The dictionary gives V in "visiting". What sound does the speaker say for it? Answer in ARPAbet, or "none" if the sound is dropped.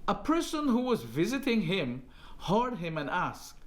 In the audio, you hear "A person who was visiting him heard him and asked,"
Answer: V